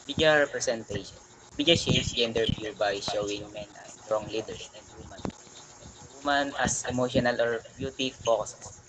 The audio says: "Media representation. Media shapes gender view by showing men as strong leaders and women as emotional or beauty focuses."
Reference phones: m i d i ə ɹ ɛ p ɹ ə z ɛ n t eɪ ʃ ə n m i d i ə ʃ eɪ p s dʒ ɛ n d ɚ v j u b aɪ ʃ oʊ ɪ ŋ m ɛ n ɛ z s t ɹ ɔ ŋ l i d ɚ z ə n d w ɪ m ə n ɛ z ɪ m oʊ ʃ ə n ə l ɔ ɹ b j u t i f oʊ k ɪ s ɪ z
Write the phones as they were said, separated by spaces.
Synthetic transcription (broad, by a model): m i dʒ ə ɹ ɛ p ɹ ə s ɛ n t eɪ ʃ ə n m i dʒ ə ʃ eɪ s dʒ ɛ n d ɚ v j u b aɪ ʃ oʊ ɪ ŋ m ɛ n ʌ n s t ɹ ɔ ŋ l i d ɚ ə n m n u m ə n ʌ s ɪ m oʊ ʃ ə n ə l ɔ ɹ b j u t i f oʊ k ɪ s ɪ